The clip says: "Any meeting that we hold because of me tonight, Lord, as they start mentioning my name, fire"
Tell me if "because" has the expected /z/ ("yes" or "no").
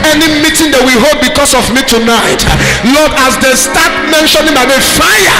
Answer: no